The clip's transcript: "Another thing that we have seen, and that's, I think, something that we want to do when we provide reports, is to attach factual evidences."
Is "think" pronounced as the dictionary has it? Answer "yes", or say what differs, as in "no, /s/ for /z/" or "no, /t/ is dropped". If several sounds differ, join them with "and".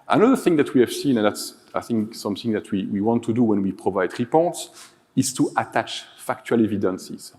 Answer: yes